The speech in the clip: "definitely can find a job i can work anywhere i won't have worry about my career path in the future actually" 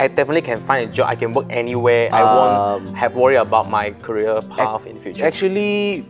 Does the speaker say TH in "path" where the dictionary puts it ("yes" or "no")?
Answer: no